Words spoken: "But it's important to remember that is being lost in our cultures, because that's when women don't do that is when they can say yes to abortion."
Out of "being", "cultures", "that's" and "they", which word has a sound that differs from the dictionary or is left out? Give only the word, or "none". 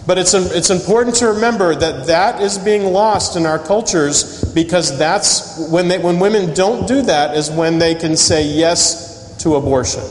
none